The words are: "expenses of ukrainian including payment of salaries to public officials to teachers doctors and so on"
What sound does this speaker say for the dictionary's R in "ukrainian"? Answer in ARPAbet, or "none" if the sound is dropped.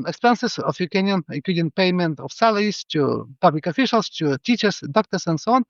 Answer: none